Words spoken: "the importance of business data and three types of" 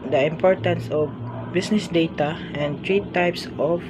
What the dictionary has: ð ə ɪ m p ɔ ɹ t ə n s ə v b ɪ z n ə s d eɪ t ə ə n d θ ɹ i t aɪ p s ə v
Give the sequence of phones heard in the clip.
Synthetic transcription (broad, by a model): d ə ɪ m p ɔ ɹ t ə n s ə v b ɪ s n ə s d eɪ t ə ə n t ɹ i t aɪ p s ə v